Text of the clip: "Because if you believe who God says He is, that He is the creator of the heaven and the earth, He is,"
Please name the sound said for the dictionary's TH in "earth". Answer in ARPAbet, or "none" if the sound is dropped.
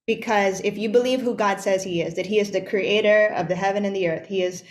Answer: TH